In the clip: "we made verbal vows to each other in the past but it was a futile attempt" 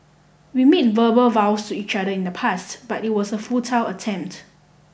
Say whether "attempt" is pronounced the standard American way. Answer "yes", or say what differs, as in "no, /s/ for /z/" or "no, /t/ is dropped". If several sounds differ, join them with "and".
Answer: yes